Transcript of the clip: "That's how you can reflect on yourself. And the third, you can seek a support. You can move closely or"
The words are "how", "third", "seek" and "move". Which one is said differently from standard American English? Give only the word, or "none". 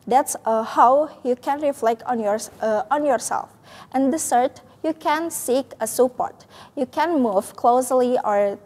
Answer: third